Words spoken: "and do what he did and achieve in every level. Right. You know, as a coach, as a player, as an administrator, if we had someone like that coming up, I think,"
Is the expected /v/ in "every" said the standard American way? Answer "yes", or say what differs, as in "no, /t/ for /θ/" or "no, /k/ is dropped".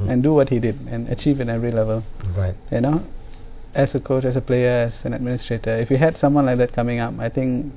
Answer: no, /v/ is dropped